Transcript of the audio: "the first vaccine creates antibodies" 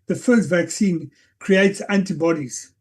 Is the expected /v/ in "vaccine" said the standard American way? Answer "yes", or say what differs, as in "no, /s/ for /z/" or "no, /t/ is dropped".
yes